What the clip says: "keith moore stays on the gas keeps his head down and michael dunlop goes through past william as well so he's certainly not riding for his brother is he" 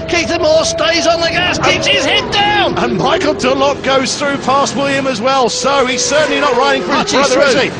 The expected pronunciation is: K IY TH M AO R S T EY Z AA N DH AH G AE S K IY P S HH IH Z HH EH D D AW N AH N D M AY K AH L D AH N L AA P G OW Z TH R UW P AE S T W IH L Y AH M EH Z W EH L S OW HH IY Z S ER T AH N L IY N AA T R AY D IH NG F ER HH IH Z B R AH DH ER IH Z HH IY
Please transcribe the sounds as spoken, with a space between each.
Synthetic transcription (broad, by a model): K IY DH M AO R S T EY Z N DH AH G AE S K IY P S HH IH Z HH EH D D AW N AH N M AY K AH L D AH L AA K G OW Z TH R UW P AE S T W IH L Y AH M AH Z W EH L S OW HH IY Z S ER T N L IY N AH T R AY D IH NG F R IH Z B R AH DH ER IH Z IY